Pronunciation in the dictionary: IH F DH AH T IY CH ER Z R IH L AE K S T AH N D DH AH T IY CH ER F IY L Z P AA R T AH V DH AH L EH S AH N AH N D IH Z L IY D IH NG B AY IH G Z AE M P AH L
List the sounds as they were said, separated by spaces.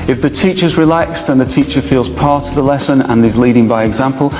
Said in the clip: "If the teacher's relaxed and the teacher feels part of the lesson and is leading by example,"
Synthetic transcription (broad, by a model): IH F DH AH T IY CH ER Z R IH L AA K S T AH N DH AH T IY CH ER F IY L Z P AA R T AH V DH AH L EH S AH N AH N IH Z L IY D IH NG B AY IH G Z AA M P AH L